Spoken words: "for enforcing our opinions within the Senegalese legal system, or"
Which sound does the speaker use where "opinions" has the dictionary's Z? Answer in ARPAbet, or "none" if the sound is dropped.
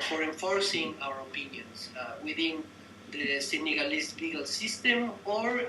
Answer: S